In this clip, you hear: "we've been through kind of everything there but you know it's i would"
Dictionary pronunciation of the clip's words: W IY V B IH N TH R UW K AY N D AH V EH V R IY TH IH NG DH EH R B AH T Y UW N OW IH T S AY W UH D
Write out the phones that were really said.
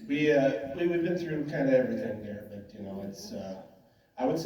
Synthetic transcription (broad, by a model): W IY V B IH N TH R UW K AY N D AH EH V R IY TH IH NG DH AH R B AH T Y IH N OW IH T S AY W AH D